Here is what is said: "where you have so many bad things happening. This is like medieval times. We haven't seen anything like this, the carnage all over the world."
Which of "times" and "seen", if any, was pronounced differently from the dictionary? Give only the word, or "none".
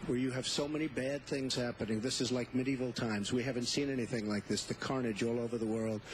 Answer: none